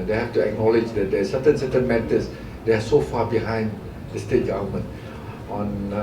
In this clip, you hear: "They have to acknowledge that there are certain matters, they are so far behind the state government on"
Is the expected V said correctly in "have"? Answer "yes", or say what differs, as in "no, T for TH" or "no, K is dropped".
no, F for V